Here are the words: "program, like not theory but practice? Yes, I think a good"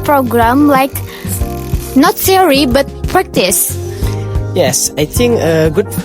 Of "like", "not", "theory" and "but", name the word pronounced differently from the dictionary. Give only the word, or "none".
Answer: theory